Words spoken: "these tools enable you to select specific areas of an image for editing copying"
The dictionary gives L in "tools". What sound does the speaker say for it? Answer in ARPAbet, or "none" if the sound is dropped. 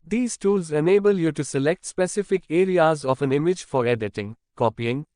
L